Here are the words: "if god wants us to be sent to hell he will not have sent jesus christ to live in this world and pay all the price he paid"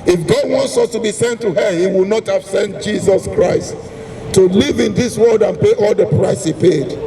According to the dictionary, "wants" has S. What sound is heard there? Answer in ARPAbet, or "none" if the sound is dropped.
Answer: S